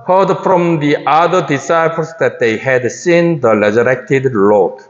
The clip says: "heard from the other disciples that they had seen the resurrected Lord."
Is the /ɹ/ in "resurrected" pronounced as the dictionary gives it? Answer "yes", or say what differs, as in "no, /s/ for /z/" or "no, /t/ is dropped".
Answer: no, /l/ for /ɹ/